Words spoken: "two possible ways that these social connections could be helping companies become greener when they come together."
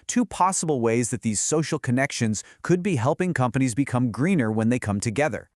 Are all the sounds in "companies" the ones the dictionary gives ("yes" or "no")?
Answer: yes